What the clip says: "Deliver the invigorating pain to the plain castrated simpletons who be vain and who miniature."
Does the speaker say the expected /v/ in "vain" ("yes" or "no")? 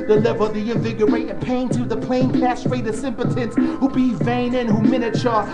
yes